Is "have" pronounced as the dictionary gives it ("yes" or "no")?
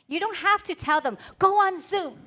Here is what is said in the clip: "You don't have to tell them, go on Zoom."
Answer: no